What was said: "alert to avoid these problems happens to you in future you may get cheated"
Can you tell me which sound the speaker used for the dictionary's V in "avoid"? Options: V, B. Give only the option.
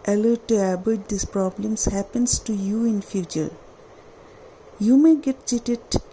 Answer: B